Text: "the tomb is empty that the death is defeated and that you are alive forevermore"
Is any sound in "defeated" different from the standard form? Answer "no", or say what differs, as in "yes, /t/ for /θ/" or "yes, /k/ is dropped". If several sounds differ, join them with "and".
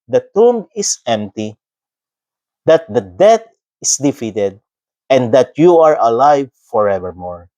no